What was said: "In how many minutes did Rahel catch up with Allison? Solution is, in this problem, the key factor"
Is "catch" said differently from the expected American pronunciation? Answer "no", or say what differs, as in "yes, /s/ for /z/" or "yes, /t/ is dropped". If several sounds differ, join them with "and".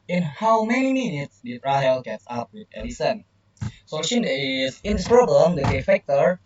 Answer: yes, /s/ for /tʃ/